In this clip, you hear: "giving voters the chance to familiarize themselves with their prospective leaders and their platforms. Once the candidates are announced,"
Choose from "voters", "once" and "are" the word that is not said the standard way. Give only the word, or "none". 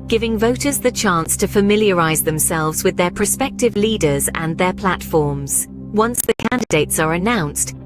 none